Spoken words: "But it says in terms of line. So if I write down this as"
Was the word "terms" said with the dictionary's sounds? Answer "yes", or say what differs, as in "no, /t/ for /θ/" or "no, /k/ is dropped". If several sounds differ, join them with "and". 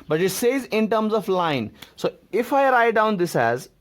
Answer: yes